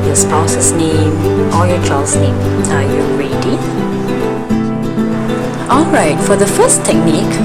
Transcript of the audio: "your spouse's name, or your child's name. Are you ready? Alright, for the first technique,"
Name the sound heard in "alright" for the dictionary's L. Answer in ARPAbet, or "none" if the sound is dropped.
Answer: L